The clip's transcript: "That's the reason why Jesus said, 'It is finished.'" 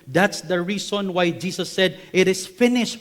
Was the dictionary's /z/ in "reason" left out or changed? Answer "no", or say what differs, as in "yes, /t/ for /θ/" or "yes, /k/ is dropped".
yes, /s/ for /z/